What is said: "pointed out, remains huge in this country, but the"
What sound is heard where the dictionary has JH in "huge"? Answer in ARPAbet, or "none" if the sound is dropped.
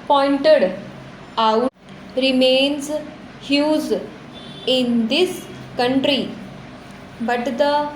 Z